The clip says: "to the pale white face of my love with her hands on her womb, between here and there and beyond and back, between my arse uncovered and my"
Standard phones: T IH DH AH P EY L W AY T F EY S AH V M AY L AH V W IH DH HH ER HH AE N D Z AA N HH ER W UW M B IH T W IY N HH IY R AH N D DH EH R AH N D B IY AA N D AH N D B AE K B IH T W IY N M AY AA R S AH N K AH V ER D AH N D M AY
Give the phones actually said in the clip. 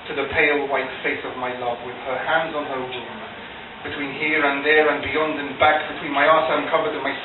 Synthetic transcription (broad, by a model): T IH DH AH P EY L W AY T F EY S AH V M AY L AH V W IH DH ER HH AE N D Z N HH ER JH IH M B IH T W IY N HH IY R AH N DH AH R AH N B IY AA N D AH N B AE K B IH T W IY N M AY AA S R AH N K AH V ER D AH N M AY